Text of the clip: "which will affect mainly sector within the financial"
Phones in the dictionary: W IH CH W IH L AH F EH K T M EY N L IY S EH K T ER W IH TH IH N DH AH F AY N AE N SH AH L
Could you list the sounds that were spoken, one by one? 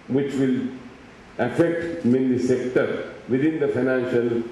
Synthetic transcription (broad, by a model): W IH CH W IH L AH F EH K T M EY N IY S EH K T ER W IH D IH N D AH F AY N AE N SH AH L